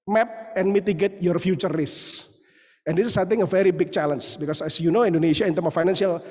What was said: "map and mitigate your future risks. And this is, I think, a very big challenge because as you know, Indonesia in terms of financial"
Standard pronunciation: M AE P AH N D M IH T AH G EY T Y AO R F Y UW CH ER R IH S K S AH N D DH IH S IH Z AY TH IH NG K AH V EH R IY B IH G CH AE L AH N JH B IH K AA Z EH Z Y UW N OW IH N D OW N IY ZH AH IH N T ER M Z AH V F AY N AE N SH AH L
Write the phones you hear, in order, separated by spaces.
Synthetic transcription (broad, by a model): M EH P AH N M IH T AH G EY T Y AO R F Y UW CH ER R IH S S AH N D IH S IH S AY T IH NG AH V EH R IY B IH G CH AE L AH N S B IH K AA S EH S Y UW N OW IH N D OW N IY SH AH IH N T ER M AH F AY N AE N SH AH L